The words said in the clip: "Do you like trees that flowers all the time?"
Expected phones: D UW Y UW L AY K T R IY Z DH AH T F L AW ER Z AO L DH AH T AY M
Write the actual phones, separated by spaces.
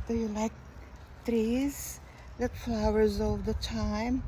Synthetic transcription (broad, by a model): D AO Y UW L AY K T R IY Z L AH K F L AW ER Z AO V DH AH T AY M